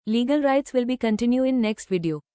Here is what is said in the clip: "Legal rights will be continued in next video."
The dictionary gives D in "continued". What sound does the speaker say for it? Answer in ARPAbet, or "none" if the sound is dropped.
none